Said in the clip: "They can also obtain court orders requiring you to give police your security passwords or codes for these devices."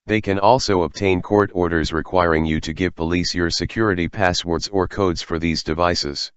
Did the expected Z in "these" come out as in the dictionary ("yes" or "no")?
yes